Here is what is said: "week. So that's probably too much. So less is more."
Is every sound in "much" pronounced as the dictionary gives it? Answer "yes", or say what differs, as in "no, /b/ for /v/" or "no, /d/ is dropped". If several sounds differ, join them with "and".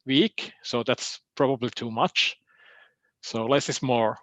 yes